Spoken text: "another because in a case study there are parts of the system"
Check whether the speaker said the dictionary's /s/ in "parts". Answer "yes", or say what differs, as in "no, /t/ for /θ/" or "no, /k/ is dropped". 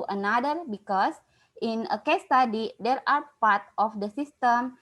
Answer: no, /s/ is dropped